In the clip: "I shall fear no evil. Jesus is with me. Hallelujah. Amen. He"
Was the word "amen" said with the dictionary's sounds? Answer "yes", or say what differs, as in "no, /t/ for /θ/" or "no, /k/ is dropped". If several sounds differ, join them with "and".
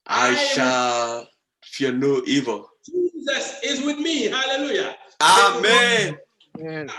yes